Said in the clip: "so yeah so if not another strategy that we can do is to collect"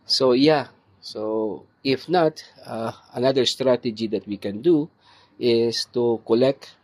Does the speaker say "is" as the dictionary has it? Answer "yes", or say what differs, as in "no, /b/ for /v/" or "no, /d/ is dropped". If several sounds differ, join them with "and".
no, /s/ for /z/